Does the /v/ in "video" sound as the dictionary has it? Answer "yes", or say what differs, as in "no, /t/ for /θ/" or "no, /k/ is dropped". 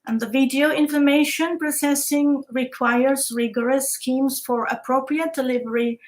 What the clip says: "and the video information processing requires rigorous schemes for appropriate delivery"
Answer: yes